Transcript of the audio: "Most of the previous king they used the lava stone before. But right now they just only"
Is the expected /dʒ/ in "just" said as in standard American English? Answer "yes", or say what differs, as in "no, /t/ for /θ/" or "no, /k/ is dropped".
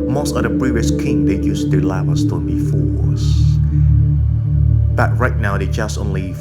yes